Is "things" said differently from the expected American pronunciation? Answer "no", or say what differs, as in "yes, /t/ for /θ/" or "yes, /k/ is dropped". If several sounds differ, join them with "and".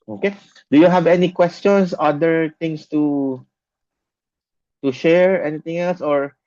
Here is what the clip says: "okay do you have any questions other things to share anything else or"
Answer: yes, /t/ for /θ/